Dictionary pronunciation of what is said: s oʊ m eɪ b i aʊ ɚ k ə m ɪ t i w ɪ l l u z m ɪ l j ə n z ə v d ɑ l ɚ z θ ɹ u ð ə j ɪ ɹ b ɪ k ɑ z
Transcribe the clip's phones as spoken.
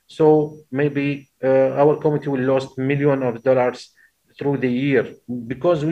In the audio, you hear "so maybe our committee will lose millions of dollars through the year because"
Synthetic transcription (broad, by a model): s oʊ m eɪ b i aʊ ɚ k ə m ɪ t i w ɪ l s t m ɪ l j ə n ə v d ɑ l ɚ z θ ɹ u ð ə j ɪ ɹ b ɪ k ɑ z